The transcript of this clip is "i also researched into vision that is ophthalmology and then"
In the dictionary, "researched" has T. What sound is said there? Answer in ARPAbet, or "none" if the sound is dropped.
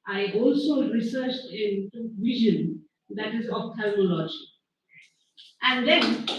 T